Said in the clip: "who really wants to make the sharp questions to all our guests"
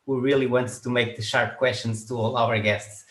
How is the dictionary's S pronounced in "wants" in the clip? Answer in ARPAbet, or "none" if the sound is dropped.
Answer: none